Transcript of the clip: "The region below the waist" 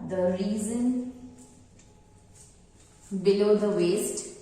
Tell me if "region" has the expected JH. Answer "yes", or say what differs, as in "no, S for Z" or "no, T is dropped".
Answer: no, Z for JH